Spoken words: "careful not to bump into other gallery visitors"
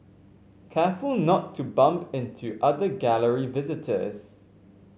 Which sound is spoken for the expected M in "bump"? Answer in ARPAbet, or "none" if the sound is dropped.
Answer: M